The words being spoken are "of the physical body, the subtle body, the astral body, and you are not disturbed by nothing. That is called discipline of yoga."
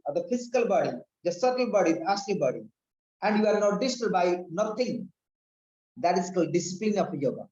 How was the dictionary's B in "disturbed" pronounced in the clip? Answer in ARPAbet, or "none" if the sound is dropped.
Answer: none